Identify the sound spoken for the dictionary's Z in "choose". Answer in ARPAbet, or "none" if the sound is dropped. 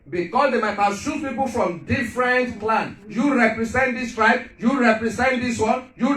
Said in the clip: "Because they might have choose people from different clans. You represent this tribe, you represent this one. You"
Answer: none